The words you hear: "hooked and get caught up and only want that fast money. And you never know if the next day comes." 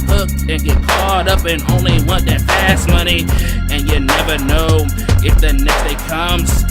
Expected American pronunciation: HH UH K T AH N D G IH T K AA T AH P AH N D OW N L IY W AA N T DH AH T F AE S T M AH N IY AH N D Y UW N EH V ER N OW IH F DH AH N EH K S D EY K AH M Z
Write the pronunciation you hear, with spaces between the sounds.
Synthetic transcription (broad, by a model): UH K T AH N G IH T K AA T AH P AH N OW N L IY W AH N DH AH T P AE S M AH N IY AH N Y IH N EH V ER N OW IH F DH AH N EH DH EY K AH M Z